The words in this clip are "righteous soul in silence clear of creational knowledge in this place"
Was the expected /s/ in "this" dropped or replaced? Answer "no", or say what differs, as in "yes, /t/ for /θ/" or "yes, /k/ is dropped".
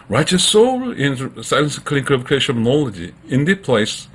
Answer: yes, /s/ is dropped